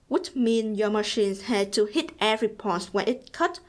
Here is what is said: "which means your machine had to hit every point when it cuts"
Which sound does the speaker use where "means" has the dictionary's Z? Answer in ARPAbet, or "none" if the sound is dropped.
none